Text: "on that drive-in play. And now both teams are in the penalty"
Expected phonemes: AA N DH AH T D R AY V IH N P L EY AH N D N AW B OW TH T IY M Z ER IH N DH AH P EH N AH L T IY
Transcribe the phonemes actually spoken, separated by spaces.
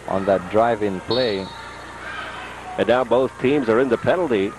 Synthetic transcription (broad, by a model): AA N DH AH T D R AY V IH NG P L EY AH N N AW B OW TH T IY M Z ER IH N DH AH P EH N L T IY